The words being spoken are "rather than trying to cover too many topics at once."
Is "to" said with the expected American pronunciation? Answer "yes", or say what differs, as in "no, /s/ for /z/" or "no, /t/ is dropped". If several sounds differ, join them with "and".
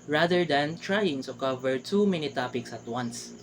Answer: no, /s/ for /t/